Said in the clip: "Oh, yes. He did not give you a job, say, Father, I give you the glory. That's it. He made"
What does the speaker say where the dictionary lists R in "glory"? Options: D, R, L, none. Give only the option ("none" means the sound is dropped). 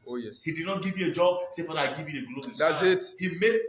none